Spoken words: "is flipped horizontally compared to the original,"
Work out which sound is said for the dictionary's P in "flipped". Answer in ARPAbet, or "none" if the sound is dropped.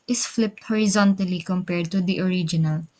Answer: P